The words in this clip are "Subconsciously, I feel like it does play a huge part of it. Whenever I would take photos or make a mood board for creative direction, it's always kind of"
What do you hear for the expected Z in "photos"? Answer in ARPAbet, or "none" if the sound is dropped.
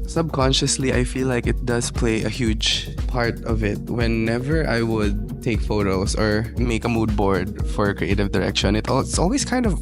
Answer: S